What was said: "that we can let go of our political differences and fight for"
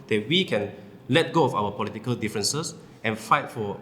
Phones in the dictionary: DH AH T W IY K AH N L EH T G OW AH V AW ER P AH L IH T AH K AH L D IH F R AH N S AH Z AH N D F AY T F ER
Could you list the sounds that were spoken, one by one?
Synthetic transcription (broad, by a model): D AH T W IY K AH N L EH T G OW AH F AW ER P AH L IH T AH K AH L D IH F R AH N S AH S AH N F AY T F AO